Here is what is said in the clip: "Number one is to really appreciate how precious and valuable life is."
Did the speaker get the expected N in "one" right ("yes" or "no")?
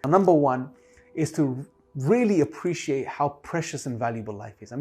yes